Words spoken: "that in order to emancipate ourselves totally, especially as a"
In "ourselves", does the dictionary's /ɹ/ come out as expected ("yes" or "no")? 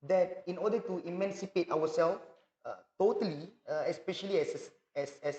no